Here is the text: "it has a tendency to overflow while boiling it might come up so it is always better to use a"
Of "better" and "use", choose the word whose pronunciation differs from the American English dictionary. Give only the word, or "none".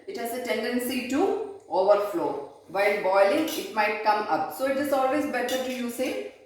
none